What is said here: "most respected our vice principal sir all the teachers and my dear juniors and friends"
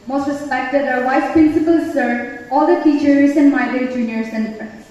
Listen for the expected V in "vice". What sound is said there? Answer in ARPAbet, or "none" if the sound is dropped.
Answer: W